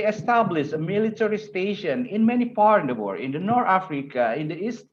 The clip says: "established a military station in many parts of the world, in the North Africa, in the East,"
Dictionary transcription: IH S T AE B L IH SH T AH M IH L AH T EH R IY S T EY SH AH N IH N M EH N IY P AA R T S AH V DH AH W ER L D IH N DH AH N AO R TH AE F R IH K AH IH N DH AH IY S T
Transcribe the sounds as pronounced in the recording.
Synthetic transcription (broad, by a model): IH S T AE B L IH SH AH M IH L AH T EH R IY S T EY SH AH N IH N M EH N IY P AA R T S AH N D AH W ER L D IH N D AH N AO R T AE F R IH K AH IH N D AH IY S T